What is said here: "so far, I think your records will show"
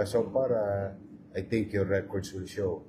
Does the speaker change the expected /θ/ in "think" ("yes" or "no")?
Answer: yes